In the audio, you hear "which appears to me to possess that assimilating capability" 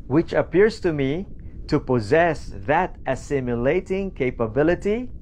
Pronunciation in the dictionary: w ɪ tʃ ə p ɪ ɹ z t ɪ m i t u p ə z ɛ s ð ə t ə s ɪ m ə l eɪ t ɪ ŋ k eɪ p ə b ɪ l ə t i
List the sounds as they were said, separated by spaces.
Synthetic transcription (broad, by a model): w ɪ tʃ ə p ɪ ɹ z t ɪ m i t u p ə z ɛ s ð ə t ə s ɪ m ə l eɪ t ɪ ŋ k eɪ p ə b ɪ l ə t i